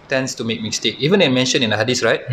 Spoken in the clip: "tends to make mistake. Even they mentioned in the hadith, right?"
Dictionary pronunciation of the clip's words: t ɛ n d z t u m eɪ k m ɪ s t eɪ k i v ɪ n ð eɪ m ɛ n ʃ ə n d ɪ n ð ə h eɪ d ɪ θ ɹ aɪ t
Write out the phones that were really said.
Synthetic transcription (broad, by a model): t ɛ n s t u m eɪ k m ɪ s t eɪ k i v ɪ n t m ɛ n ʃ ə n ɪ n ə h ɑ d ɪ s ɹ aɪ t